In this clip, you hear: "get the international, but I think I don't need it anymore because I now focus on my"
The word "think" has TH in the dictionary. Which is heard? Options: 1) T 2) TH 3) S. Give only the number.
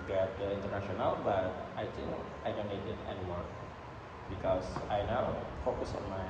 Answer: 1